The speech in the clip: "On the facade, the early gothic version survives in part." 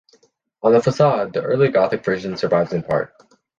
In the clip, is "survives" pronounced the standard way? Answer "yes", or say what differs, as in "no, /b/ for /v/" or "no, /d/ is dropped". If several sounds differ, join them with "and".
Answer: yes